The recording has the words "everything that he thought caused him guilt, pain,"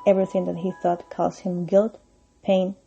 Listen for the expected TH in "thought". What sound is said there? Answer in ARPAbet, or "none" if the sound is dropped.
TH